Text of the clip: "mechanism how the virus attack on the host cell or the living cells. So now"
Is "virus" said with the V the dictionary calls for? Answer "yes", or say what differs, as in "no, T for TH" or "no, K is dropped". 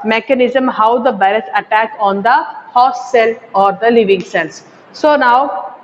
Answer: no, B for V